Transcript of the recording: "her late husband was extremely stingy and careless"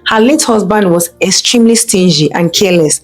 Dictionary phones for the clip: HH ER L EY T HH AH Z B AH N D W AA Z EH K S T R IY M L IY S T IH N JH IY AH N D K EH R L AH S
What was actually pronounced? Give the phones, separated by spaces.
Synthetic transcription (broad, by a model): HH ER L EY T HH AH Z B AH N D W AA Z EH K S T R IY M L IY S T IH N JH IY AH N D K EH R L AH S